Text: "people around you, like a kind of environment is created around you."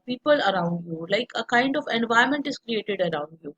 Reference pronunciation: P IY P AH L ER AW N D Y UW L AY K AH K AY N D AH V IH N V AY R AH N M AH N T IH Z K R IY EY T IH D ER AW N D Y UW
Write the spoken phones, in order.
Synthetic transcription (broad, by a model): P IY P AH L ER AW N D Y UW L AY K AH K AY N D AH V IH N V AY AH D M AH N T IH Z K R IY EY T IH D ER AW N D Y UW